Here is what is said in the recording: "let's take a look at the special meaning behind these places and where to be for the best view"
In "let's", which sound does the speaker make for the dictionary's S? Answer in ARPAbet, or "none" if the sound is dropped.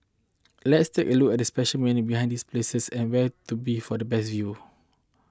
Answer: S